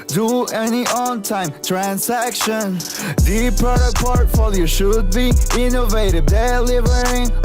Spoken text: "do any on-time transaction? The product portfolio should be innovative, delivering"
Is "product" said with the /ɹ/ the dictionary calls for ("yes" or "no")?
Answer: no